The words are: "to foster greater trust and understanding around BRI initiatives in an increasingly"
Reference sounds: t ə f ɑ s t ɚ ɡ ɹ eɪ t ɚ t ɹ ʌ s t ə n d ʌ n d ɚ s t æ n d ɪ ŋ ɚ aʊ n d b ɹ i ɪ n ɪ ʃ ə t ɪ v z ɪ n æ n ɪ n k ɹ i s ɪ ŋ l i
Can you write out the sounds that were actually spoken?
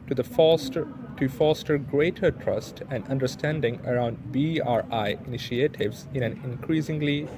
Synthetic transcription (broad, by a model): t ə f ɑ s t ɚ ɡ ɹ eɪ t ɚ t ɹ ʌ s t ə n d ʌ n d ɚ s t æ n d ɪ ŋ ɚ aʊ n d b ɹ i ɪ n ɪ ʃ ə t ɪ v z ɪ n æ n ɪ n k ɹ i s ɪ ŋ l i